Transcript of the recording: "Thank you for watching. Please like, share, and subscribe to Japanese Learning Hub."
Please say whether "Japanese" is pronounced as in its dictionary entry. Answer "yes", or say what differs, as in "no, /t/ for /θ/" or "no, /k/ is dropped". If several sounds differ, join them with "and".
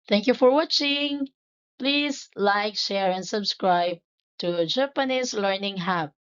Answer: no, /s/ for /z/